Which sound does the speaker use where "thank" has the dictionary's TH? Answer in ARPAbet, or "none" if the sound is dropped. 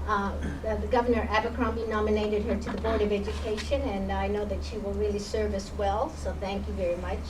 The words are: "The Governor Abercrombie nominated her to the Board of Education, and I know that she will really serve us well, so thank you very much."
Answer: TH